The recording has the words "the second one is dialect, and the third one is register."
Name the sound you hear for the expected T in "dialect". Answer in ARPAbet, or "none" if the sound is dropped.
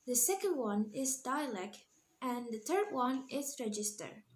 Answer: T